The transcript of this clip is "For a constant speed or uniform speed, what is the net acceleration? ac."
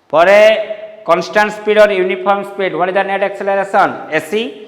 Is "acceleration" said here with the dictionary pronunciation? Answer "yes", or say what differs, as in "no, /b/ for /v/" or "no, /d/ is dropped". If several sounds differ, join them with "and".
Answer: no, /s/ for /ʃ/